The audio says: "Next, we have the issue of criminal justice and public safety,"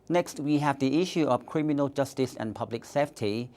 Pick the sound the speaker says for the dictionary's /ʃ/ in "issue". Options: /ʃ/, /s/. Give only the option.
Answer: /ʃ/